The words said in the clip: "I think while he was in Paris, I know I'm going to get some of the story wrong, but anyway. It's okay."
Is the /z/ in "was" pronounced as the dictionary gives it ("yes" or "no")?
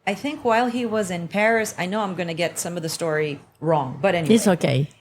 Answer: yes